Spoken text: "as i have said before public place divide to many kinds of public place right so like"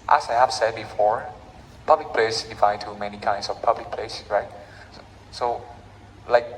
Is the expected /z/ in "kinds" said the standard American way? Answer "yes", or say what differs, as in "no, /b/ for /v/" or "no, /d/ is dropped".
no, /s/ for /z/